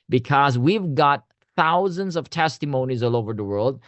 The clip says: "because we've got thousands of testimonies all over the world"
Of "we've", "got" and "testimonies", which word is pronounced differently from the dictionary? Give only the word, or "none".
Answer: none